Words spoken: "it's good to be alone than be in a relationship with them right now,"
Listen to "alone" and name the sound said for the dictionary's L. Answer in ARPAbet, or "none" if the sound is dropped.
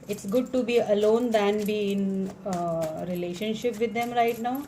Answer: L